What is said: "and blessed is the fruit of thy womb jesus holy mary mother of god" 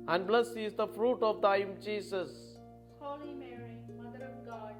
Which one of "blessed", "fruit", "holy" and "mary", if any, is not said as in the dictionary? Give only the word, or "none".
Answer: blessed